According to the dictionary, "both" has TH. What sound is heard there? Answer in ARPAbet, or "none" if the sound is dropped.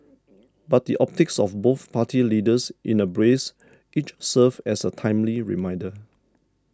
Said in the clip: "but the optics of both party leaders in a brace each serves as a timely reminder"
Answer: TH